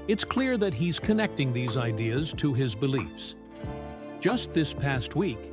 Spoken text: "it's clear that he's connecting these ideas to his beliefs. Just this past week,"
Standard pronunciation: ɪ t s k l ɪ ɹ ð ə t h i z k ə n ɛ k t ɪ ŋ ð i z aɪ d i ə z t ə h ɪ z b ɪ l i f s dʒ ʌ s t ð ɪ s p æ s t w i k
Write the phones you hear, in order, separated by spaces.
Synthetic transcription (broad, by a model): ɪ t s k l ɪ ɹ ð ə t h i z k ə n ɛ k t ɪ ŋ ð i z aɪ d i ə z t ə ɪ z b ɪ l i f s dʒ ʌ s t ð ɪ s p æ s t w i k